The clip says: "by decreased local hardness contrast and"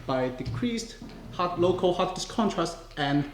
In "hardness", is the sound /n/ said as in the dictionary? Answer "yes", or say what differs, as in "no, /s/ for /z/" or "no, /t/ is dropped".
no, /n/ is dropped